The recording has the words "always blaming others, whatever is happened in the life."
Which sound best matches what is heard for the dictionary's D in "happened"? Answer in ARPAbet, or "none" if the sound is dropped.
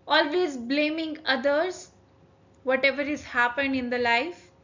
D